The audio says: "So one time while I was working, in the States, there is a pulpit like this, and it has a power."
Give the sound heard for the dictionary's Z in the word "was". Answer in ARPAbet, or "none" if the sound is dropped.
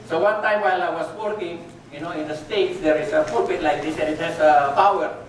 S